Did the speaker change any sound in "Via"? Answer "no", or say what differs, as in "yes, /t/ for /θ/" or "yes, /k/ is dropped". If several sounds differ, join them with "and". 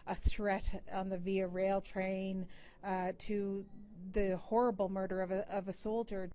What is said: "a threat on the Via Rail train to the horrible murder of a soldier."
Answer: no